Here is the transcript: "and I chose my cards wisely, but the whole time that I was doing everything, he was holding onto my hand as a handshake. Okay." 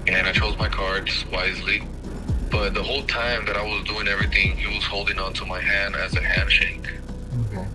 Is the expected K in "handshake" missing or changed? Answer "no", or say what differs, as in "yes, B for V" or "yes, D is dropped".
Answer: yes, K is dropped